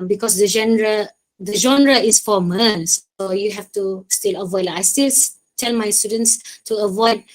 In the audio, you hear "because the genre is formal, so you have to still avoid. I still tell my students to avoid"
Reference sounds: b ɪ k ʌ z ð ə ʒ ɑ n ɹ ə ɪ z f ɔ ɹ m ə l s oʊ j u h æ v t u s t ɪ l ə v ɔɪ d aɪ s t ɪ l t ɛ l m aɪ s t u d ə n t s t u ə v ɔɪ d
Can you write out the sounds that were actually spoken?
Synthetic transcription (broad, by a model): b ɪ k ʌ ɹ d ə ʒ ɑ n ɹ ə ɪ s f ɔ m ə n s oʊ j u h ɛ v t u s t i l ə v ɔɪ d aɪ s t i l t ɛ l m aɪ s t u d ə n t s t u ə v ɔɪ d